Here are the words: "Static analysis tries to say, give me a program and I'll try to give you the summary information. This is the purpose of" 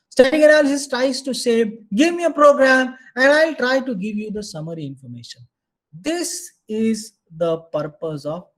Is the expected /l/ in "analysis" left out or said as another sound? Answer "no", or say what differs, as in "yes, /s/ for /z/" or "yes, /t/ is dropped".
yes, /l/ is dropped